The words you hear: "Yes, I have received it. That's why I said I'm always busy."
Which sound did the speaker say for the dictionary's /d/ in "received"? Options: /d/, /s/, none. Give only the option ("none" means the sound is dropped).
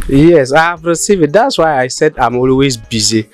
none